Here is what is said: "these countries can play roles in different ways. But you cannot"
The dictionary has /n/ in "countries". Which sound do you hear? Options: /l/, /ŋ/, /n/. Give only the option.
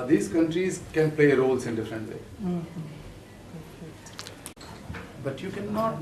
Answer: /n/